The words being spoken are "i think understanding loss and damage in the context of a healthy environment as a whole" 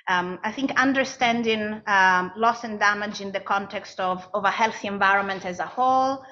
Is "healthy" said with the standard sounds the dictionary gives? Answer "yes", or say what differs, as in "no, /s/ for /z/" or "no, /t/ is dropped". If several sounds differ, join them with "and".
yes